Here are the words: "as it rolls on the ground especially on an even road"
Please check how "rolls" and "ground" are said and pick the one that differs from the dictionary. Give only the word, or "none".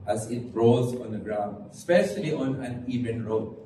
rolls